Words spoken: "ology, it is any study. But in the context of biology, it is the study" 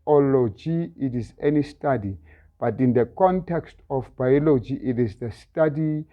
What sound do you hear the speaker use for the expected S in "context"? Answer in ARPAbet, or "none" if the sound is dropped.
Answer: S